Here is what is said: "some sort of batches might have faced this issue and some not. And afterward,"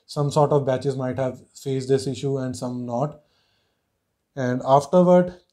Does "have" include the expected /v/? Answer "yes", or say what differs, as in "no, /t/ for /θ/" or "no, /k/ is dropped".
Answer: yes